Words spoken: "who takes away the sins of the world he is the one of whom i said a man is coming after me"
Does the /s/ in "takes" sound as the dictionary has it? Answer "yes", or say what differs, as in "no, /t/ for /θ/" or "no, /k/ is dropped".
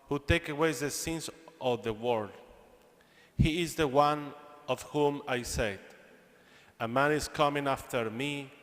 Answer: no, /s/ is dropped